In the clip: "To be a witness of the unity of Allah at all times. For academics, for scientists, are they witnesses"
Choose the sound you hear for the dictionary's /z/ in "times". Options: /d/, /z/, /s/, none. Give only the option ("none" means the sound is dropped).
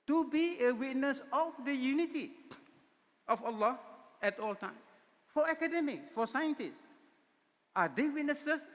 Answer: none